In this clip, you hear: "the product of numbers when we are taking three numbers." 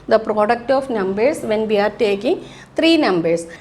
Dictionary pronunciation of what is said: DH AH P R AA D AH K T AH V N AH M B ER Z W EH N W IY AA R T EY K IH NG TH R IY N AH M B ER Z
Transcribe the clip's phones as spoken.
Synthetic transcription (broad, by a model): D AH P R AA D AH K T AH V N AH M B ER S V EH N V IY AA R T EY K IH NG T R IY N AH M B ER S